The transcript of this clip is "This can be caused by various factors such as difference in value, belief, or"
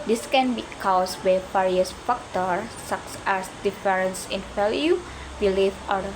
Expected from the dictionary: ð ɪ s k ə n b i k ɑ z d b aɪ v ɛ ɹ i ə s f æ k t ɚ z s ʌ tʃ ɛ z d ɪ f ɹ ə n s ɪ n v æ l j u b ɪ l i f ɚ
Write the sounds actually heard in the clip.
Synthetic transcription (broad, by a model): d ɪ s k ə n b i k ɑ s b aɪ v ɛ ɹ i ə s f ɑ k t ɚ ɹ s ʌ s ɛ s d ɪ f ɹ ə n s ɪ n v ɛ l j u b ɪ l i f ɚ